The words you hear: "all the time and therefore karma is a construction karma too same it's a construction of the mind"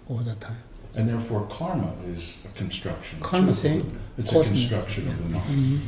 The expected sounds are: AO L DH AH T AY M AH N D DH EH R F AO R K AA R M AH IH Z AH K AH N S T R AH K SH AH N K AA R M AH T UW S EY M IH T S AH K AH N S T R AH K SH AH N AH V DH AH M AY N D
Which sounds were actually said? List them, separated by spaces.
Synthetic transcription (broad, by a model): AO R DH AH T AY M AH N DH EH R F AO R K AA R M AH IH Z AH K AH N S T R AH K SH AH N K AA R M AH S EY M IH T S AH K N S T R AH K SH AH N AH V DH AH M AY